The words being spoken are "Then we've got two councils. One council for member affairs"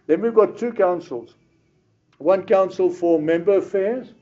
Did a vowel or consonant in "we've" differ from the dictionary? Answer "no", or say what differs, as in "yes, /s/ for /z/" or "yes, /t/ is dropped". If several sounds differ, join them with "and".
no